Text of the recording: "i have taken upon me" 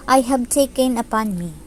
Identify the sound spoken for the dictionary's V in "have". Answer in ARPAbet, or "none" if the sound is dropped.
B